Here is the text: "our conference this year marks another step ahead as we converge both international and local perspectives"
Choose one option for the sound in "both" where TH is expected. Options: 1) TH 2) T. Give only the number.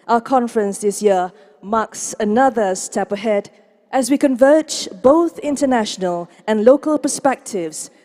1